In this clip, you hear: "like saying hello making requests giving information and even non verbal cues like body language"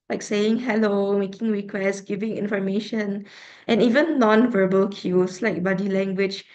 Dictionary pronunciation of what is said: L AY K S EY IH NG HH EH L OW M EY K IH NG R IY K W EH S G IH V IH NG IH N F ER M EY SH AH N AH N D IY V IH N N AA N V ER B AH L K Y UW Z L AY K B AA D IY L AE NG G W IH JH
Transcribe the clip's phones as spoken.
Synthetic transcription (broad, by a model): L AY K S EY IH NG HH EH L OW M EY K IH NG R IY K W EH S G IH V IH NG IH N F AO M EY SH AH N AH N IY V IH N N AA N V ER B AH L K Y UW S L AY K B AA D IY L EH NG G W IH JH